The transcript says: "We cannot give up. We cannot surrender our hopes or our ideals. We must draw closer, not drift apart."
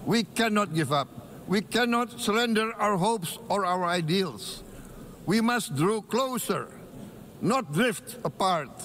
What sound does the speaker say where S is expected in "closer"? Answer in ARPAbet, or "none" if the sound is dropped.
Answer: S